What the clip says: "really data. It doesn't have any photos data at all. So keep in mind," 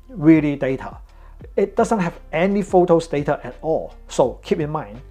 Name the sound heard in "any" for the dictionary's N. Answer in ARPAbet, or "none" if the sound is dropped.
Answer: N